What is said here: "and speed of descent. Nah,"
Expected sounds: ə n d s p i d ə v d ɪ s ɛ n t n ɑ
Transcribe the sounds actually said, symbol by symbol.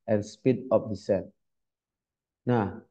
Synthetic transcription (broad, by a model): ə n s p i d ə p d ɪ s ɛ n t n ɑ